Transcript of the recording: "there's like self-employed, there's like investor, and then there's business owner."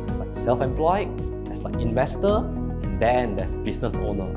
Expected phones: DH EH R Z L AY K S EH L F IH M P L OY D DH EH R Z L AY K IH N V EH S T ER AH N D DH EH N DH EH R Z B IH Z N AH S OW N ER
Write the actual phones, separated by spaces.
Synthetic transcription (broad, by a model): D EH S L AY K S EH L F IH M P L OY D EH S L AY K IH N V EH S T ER AH N D EH N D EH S B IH S N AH S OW N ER